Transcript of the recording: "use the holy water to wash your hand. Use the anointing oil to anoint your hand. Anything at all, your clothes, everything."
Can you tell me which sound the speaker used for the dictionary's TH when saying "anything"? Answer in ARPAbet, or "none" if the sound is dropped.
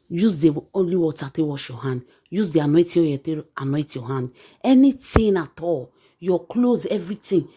T